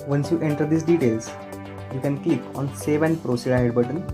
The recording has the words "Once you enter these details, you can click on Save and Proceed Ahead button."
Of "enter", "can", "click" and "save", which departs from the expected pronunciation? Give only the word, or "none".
click